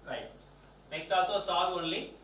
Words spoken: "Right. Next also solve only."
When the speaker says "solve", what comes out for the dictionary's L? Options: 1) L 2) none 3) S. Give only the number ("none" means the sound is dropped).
2